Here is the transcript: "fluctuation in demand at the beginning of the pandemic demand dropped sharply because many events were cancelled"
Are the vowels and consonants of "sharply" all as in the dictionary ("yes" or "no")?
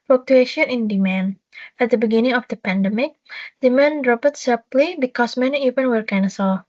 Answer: no